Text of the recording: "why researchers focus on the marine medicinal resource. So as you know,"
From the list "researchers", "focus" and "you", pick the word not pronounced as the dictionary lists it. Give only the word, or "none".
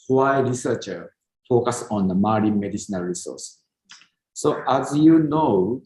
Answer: researchers